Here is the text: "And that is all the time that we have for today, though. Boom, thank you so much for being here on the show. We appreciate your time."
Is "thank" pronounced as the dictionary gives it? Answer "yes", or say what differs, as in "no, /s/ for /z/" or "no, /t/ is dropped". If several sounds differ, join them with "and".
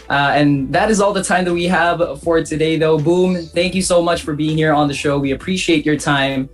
yes